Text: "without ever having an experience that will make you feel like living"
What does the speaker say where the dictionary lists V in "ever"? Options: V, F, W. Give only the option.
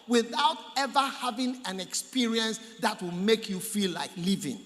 V